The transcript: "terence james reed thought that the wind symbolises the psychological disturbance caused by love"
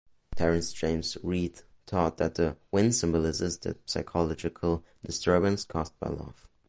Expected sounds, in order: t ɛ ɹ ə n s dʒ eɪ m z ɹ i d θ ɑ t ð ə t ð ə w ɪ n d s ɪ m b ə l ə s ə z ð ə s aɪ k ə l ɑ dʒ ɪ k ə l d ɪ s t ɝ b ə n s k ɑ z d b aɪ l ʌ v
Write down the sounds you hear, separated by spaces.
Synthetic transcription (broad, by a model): t ɛ ɹ ə n s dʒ eɪ m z ɹ i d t ɑ t ð ə t ð ə w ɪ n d s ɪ m b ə l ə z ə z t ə s aɪ k ə l ɑ dʒ ɪ k ə l d ɪ s t ɝ b ə n s k ɑ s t b aɪ l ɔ f